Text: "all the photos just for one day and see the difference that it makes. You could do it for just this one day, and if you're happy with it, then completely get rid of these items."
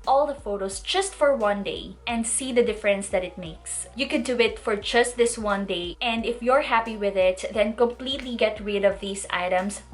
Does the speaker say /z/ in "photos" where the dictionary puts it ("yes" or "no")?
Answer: no